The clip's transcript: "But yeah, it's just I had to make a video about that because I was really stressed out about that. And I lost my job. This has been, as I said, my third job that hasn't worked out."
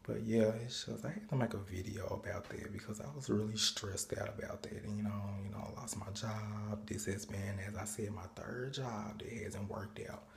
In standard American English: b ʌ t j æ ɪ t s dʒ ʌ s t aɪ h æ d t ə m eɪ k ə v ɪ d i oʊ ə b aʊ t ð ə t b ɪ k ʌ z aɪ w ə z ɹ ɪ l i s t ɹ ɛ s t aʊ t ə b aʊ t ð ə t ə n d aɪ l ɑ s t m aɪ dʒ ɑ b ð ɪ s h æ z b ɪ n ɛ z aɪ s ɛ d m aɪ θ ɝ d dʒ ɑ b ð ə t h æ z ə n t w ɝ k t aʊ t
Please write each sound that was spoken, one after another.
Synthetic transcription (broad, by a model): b ʌ t j æ ɪ t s dʒ ʌ s t aɪ h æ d t ə m eɪ k ə v ɪ d i oʊ ə b aʊ t ð ə t b ɪ k ʌ z aɪ w ə z ɹ ɪ l i s t ɹ ɛ s t aʊ t ə b aʊ t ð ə t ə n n aɪ l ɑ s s m aɪ dʒ ɑ b ð ɪ s h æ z b ɪ n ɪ z aɪ s ɛ d m aɪ θ ɝ d dʒ ɑ b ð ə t h æ z ə n t w ɝ k t aʊ t